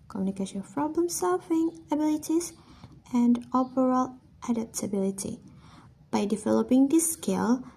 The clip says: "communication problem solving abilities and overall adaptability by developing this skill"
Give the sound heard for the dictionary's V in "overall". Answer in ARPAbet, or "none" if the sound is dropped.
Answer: P